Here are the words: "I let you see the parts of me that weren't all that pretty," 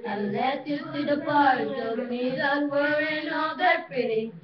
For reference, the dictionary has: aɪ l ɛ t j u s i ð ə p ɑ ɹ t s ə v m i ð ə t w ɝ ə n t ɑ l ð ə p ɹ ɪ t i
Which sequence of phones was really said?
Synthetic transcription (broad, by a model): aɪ l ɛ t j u s i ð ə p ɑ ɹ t ə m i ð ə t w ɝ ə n ɑ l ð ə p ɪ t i